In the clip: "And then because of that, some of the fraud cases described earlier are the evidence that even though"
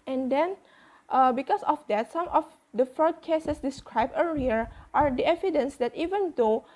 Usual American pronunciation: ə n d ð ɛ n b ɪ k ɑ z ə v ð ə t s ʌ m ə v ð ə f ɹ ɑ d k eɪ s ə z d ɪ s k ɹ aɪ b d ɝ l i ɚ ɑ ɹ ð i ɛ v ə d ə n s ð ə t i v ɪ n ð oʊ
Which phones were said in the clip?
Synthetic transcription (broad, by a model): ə n d ɛ n b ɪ k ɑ s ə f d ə t s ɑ m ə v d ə f ɹ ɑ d k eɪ s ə s d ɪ s k ɹ aɪ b ɝ i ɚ ɑ ɹ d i ɛ v ə d ə n s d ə t i v ɪ n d oʊ